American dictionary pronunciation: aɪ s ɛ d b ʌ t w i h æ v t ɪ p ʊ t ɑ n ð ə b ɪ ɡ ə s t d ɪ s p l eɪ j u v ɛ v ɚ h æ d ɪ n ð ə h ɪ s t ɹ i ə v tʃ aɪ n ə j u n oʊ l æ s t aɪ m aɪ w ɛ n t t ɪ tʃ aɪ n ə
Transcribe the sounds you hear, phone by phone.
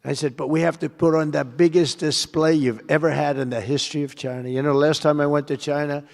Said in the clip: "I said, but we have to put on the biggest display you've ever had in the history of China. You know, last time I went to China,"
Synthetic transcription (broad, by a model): aɪ s ɛ d b ʌ t w i h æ f t ɪ p ʊ t n ð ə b ɪ ɡ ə s d ɪ s p l eɪ j u v ɛ v ɚ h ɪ d ɪ n ð ə h ɪ s t ɹ i ə v tʃ aɪ n ə j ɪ n oʊ l æ s t aɪ m aɪ w ɛ n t t ɪ tʃ aɪ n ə